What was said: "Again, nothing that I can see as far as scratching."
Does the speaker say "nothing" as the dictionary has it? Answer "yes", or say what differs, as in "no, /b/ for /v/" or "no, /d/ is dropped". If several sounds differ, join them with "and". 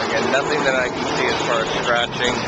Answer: yes